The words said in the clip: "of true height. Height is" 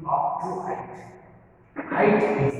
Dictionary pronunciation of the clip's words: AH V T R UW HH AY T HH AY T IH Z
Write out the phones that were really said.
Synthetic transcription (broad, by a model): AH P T UW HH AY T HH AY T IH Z